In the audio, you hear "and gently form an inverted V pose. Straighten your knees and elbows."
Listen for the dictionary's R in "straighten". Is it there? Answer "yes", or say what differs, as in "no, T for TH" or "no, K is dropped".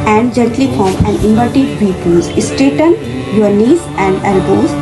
no, R is dropped